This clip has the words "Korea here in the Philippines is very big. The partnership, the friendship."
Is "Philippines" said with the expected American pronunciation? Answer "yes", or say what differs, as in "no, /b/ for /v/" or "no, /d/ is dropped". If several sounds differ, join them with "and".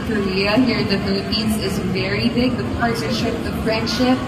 yes